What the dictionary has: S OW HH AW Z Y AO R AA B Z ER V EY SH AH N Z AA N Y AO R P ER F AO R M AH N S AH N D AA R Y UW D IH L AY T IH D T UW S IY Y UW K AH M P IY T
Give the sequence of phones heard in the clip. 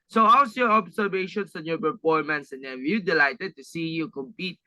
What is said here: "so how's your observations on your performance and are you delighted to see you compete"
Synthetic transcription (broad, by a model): S OW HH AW S Y AO R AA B S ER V EY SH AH N S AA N Y AO R P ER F AO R M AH N S AH N D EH W Y UW D IH L AY T IH D T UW S IY Y UW K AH M P IY T